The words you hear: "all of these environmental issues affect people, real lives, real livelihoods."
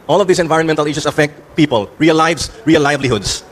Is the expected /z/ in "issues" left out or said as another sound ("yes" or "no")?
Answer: yes